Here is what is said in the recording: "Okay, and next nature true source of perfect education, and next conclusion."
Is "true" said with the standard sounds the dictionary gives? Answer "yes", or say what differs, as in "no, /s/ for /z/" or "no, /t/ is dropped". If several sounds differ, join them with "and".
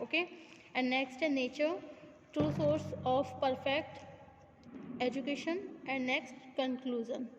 no, /ɹ/ is dropped